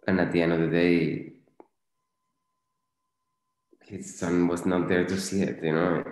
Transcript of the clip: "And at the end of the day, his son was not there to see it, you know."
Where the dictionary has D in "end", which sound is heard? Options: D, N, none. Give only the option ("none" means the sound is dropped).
none